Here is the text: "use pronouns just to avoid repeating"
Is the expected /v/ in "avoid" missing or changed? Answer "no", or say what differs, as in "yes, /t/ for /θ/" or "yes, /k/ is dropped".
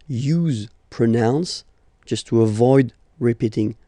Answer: no